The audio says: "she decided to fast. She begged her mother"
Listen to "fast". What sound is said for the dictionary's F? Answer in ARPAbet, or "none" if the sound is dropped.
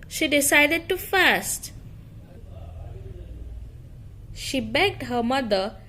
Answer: F